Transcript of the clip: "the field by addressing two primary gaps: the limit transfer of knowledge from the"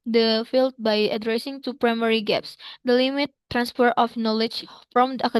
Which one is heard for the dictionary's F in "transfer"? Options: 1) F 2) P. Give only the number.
2